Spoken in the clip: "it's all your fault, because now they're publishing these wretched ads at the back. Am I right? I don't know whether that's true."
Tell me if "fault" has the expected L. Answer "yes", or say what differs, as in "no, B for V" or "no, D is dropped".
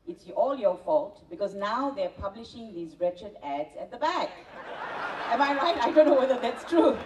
yes